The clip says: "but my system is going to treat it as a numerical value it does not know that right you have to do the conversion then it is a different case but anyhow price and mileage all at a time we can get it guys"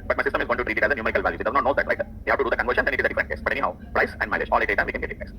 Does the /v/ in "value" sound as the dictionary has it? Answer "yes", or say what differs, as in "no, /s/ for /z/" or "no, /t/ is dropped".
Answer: yes